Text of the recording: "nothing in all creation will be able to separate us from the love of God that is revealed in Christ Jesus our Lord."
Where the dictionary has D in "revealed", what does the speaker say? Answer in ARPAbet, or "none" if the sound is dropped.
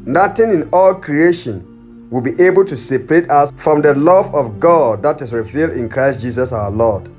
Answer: D